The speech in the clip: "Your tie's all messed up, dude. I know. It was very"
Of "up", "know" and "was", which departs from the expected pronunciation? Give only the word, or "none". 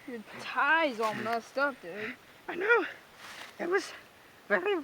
up